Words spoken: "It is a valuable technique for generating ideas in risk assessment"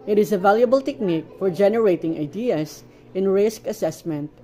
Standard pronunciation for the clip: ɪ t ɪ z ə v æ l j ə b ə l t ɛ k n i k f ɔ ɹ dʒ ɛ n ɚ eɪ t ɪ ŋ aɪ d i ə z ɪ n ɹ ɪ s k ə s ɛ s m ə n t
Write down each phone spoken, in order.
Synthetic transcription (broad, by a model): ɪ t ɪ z ə v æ l j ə b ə l t ɛ k n i k f ɔ ɹ dʒ ɛ n ɚ eɪ t ɪ ŋ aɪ d i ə s ɪ n ɹ ɪ s k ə s ɛ s m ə n t